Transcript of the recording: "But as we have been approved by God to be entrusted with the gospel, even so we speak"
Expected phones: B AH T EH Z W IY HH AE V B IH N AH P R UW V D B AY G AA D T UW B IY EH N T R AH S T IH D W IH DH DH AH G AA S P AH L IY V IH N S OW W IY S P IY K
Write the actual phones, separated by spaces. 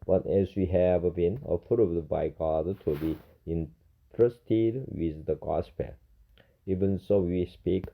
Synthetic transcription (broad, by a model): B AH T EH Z W IY HH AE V B IH N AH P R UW D B AY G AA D T UW B IY EH N T R AH S T IH D W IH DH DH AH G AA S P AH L IY V IH N S OW W IY S P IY K